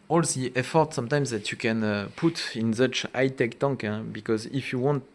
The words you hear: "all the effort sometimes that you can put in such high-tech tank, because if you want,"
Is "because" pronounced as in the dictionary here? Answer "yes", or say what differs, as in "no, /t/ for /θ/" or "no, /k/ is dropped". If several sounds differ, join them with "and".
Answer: yes